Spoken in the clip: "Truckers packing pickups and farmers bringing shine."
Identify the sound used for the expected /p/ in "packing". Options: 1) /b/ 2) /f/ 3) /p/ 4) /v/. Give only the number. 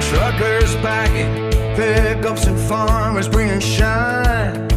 1